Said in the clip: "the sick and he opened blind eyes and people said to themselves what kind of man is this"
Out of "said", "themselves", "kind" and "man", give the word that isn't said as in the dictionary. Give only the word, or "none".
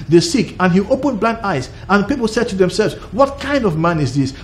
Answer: none